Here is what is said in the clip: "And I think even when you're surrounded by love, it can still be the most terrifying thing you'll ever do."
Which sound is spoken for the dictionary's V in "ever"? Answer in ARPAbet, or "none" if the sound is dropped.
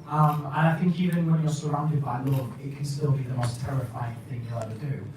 none